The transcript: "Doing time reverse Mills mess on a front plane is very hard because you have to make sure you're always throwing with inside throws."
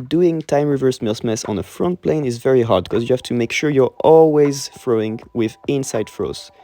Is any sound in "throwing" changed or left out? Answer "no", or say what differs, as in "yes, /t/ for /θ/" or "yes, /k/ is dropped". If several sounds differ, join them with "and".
yes, /f/ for /θ/